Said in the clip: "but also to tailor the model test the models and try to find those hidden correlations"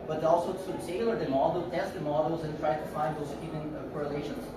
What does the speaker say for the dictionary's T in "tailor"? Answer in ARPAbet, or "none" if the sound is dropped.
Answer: S